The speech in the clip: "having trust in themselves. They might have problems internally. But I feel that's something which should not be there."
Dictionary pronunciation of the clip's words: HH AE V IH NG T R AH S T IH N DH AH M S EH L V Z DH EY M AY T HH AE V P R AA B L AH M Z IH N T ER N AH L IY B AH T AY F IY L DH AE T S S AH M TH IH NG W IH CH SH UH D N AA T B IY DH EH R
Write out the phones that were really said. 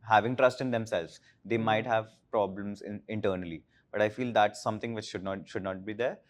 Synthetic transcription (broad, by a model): HH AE V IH NG T R AH S T IH N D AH M S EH L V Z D EY M AY T HH AE V P R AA B L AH M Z IH N T ER N AH L IY B AH T AY F IY L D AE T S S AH M T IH NG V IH CH SH UH D N AA T B IY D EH R